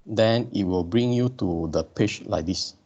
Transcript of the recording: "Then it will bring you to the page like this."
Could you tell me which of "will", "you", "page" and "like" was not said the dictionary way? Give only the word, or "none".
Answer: page